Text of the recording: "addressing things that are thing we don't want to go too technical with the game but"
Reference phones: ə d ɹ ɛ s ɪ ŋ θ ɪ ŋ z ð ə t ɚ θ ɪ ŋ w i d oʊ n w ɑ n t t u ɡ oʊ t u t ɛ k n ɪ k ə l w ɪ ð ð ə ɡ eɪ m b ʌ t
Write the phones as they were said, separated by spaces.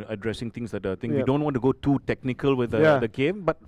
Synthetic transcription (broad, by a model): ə d ɹ ɛ s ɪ ŋ t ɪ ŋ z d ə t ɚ t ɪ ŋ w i d oʊ n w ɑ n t t u ɡ oʊ t u t ɛ k n ɪ k ə l w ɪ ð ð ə ɡ eɪ m b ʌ t